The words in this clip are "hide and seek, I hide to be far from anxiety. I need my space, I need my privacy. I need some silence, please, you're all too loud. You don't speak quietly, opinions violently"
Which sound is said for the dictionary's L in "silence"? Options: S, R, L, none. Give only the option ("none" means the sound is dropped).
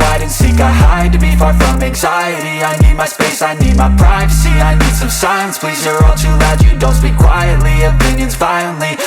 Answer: none